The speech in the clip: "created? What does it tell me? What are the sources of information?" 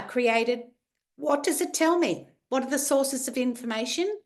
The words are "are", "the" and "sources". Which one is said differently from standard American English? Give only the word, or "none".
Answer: none